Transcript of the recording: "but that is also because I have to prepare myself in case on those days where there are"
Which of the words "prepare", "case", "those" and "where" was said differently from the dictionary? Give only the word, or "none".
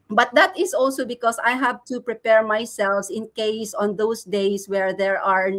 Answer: those